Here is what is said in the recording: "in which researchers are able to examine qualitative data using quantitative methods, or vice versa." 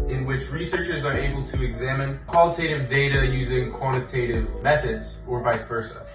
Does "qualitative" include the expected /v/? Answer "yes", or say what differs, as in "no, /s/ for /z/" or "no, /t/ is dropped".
yes